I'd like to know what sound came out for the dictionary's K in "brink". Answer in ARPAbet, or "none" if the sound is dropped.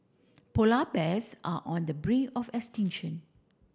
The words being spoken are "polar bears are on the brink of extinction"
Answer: none